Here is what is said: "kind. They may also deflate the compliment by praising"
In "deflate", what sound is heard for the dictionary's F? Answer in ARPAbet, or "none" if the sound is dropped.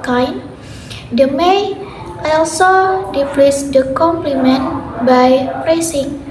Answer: P